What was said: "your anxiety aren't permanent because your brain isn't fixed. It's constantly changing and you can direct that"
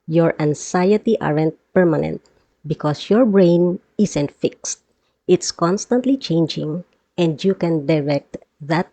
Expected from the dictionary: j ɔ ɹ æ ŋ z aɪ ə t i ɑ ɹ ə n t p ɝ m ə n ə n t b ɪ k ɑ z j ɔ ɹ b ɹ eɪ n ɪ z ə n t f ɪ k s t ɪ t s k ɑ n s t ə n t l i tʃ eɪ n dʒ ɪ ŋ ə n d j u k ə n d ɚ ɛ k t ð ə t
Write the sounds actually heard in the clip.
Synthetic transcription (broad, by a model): j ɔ ɹ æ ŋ s aɪ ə t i ɑ ɹ ə n t p ɝ m ə n ə n t b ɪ k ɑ s j ɔ ɹ b ɹ eɪ n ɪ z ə n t f ɪ k s t ɪ t s k ɑ n s t ə n t l i tʃ eɪ n dʒ ɪ ŋ ə n d j u k ə n d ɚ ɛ k t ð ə t